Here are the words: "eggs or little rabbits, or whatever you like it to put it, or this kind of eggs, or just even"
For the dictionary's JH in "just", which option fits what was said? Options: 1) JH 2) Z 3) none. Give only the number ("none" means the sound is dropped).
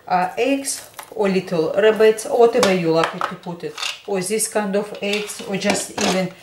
1